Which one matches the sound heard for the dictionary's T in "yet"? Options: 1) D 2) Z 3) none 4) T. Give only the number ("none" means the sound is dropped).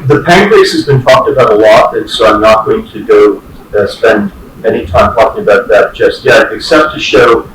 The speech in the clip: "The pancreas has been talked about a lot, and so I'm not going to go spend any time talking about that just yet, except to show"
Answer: 3